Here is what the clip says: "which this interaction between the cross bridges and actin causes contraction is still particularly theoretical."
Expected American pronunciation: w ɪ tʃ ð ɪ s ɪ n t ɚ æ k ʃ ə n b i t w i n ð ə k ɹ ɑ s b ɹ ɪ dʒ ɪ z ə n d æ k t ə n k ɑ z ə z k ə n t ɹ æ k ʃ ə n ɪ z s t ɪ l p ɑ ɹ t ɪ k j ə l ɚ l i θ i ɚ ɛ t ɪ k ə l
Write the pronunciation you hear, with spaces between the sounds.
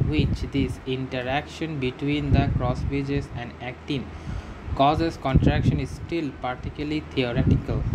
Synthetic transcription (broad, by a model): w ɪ tʃ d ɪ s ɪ n t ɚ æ k ʃ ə n b i t w i n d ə k ɹ ɑ s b ɪ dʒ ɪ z ə n d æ k t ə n k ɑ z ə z k ə n t ɹ æ k ʃ ə n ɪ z s t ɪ l p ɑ ɹ t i k j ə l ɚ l i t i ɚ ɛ t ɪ k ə l